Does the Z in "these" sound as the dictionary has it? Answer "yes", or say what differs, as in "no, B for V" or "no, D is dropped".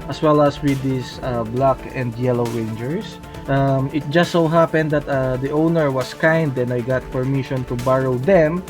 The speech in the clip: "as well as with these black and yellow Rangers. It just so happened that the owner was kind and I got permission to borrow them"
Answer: no, Z is dropped